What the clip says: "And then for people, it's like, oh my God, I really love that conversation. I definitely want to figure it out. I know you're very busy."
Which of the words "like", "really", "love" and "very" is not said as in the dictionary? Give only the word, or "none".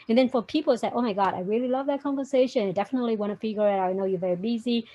like